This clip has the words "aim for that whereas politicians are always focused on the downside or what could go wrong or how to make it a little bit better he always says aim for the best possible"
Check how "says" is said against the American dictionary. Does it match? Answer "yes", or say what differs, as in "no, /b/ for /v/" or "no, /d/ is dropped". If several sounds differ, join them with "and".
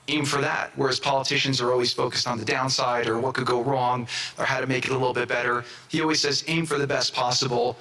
yes